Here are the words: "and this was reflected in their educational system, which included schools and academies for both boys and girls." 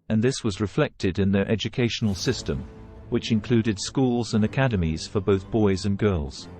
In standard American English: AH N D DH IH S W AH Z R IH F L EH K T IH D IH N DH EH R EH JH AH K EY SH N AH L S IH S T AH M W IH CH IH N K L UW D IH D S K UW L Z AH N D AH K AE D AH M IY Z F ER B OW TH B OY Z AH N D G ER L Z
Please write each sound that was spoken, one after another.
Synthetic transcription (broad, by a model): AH N DH IH S W AH Z R IH F L EH K T IH D IH N DH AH R EH JH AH K EY SH N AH L S IH S T AH M W IH CH IH N K L UW D IH D S K UW L Z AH N AH K AE D AH M IY Z F ER B OW TH B OY Z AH N G ER L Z